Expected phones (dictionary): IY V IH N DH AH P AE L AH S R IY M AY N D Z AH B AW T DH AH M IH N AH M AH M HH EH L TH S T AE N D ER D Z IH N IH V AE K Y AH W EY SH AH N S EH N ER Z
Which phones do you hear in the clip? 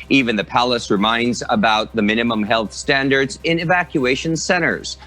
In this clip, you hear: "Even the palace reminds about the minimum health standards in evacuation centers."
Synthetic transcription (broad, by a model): IY V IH N DH AH P AE L AH S R IY M AY N D Z AH B AW T DH AH M IH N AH M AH M HH EH L TH S T AE N D ER D Z IH N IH V AE K Y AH EY SH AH N S EH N ER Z